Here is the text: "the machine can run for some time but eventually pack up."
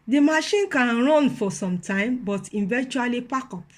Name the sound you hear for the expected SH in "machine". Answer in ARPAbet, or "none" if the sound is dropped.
SH